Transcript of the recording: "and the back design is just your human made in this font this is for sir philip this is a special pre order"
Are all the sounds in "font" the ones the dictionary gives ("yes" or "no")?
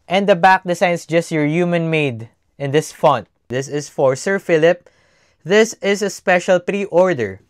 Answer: yes